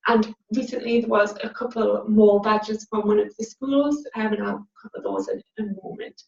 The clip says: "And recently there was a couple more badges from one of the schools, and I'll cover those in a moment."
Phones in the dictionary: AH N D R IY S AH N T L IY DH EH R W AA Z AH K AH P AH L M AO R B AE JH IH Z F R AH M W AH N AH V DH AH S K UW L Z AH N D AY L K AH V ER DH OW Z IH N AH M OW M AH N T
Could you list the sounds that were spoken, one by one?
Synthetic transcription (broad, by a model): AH N R IY S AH N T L IY DH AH W AA Z AH K AH P AH L M AO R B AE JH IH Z F R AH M W AH N AH V DH AH S K UW L Z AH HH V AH N K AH P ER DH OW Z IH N AH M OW M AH N T